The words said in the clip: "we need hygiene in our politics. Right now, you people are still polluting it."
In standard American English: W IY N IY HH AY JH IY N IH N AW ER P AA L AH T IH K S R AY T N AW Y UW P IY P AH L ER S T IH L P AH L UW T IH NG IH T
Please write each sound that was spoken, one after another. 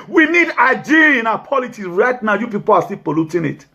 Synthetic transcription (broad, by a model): W IY N IY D AY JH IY IH N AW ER P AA L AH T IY S R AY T N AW Y UW P IY P AH L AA S T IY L P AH L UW T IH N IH T